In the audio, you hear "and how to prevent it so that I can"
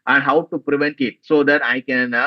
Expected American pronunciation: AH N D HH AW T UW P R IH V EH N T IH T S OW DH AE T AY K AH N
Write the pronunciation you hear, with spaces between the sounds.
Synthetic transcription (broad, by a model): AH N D HH AW T UW P R IH V EH N T IH T S OW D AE T AY K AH N